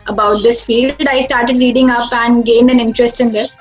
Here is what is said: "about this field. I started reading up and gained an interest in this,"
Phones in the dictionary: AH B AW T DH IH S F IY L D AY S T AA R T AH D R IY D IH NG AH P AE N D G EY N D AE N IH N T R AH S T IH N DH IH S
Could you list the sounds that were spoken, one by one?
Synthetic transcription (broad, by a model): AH B AW T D IH S F IY L D AY S T AA R T AH D L IY D IH NG AH P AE N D G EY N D AE N IH N T R AH S T IH N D IH S